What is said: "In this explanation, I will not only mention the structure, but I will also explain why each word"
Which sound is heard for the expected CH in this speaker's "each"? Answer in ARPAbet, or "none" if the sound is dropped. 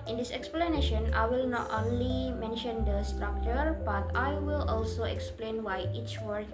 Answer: CH